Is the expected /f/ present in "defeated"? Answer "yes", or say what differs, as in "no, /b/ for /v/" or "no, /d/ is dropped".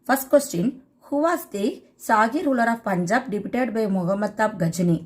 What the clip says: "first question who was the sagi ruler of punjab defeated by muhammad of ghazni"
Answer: no, /p/ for /f/